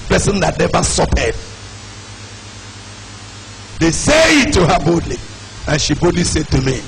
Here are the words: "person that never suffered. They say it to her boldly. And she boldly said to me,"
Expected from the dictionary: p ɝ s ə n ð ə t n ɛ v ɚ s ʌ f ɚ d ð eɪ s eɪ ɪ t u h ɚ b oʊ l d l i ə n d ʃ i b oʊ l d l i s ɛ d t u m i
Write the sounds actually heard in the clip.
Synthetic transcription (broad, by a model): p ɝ s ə n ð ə t n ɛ v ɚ s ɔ p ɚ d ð eɪ s eɪ ɪ t u h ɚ b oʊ d l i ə n ʃ i b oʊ d l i s ɛ d t u m i